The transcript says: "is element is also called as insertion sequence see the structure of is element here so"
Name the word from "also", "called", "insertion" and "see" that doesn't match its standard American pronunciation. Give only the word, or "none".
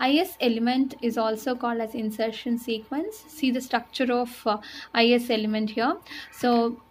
none